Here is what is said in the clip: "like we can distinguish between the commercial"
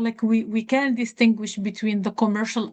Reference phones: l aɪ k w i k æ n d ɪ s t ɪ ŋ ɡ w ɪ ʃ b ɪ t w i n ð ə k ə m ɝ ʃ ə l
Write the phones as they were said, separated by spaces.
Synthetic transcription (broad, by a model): l aɪ k w i k æ n d ɪ s t ɪ ŋ ɡ w ɪ ʃ b ɪ t w i n ð ə k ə m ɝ ʃ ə l